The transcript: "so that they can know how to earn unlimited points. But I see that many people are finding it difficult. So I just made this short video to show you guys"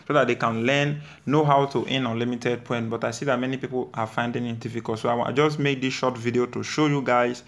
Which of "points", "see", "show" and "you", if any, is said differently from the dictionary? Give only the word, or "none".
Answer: points